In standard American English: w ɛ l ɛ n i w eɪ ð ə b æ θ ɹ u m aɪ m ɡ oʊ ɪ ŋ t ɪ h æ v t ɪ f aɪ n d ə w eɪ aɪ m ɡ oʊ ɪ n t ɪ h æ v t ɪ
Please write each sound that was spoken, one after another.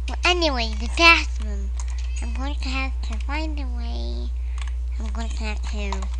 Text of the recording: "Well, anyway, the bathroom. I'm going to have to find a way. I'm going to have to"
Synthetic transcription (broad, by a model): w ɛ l ɛ n i w eɪ ð ə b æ s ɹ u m aɪ m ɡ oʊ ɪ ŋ t ɪ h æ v t ɪ f aɪ n d ə w eɪ aɪ m ɡ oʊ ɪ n t ɪ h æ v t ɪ